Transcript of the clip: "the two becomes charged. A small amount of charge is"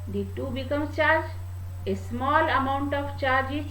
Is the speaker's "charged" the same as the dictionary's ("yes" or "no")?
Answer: no